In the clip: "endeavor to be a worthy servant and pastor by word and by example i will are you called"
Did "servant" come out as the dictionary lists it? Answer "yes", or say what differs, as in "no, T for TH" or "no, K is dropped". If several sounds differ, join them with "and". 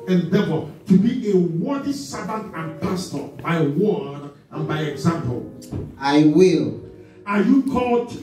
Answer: no, B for V